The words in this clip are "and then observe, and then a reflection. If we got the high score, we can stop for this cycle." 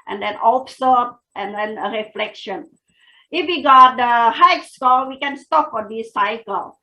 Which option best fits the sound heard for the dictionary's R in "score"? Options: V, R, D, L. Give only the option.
L